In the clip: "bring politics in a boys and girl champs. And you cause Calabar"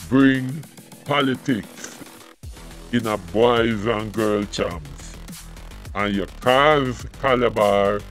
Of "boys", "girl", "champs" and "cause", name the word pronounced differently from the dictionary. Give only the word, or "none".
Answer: champs